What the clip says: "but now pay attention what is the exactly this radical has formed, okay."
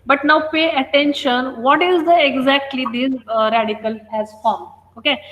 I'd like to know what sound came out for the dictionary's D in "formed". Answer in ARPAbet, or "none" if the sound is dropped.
none